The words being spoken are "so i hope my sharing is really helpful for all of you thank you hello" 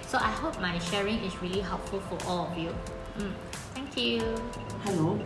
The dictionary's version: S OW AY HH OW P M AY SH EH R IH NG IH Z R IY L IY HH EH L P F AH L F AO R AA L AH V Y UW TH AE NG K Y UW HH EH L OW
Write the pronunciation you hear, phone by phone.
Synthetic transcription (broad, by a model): S OW AY HH OW P M AY SH EH R IH NG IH S R IY L IY HH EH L P F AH L F AO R AA L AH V Y UW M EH NG K Y UW HH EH L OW